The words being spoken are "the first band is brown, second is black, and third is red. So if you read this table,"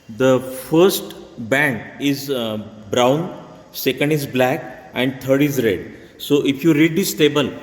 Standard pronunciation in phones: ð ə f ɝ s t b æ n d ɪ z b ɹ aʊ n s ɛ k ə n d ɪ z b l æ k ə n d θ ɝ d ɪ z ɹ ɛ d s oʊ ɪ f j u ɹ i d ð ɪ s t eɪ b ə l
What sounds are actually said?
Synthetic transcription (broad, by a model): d ə f ɝ s t b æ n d ɪ z b ɹ aʊ n s ɛ k ə n d ɪ z b l æ k ə n d t ɝ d ɪ z ɹ ɛ d s oʊ ɪ f j u ɹ i d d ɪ s t eɪ b ə l